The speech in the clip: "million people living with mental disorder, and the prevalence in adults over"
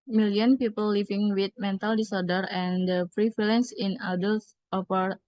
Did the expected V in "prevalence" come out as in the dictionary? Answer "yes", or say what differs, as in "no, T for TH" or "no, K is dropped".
no, F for V